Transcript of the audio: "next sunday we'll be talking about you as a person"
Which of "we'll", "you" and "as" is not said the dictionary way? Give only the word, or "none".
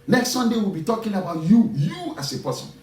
as